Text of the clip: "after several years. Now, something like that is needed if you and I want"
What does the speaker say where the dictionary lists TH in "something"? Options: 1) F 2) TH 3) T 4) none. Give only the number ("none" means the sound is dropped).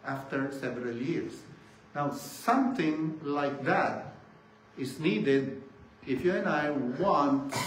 3